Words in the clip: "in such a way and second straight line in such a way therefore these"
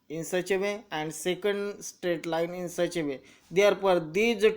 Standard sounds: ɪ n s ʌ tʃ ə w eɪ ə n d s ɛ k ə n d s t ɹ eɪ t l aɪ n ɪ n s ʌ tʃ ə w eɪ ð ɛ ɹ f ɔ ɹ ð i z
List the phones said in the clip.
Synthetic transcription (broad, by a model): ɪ n s ʌ tʃ ə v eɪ ə n d s ɛ k ə n d s t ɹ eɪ t l aɪ n ɪ n s ʌ tʃ ə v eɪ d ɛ ɹ p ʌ ɹ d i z